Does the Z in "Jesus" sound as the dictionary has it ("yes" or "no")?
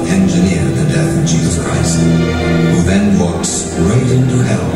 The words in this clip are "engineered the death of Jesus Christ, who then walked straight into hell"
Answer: yes